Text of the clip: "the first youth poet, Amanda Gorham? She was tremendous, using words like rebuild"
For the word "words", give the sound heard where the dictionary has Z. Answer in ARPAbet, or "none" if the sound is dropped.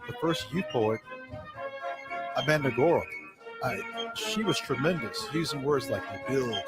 Z